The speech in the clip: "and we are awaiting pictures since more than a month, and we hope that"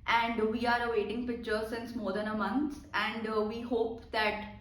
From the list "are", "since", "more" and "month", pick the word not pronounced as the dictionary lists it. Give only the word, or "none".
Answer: month